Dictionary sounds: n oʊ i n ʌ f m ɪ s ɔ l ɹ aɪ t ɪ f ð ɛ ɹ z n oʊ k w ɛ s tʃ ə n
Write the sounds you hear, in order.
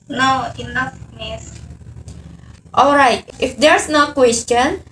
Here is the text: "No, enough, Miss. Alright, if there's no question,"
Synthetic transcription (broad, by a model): n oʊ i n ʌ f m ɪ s ɔ l ɹ aɪ t ɪ f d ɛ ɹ s n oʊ k w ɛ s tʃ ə n